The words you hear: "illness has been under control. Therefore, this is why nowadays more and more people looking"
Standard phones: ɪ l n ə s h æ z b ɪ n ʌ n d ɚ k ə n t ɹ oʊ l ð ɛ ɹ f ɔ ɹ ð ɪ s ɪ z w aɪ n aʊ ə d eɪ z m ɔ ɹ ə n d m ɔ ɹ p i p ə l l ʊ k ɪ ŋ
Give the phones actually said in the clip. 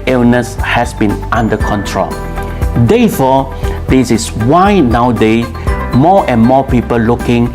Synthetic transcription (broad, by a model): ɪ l n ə s h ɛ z b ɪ n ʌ n d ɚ k ə n t ɹ oʊ l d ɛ f ɔ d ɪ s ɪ s w aɪ n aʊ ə d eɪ m ɔ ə n m ɔ p i p ə l l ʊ k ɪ ŋ